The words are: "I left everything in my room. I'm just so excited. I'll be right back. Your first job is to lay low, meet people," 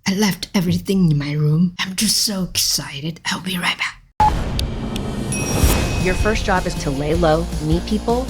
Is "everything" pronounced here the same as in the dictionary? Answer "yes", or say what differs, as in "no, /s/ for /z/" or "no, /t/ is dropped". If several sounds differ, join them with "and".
yes